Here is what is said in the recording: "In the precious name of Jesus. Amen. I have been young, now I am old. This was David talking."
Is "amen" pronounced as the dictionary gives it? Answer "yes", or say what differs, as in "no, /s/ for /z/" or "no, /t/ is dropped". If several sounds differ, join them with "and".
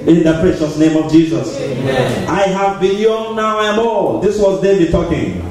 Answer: no, /m/ is dropped